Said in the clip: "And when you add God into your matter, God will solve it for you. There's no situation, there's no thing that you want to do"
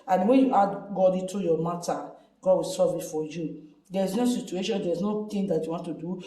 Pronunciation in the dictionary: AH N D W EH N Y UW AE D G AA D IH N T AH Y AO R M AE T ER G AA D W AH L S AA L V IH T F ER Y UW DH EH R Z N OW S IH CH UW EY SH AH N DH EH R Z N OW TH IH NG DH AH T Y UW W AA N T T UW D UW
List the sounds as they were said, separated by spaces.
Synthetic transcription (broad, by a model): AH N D W EH N Y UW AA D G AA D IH T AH Y AO M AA T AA G AA D W AH L S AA V IH T F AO Y UW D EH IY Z N OW S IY CH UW EY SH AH N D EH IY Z N OW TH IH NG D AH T Y UW W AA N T T UW D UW